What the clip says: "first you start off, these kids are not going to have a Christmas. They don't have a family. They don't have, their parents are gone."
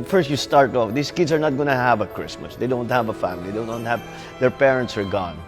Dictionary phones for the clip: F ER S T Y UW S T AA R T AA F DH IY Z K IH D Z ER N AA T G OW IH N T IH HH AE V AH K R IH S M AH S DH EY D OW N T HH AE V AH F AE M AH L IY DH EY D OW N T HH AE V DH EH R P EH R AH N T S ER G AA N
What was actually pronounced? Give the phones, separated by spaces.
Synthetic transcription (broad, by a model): F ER S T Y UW S T AA R T AA F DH IY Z K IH D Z ER N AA T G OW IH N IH HH AE V AH K R IH S M AH S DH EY D OW N T HH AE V AH F AE M AH L IY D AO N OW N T HH AE V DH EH R P EH R AH N T S ER G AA N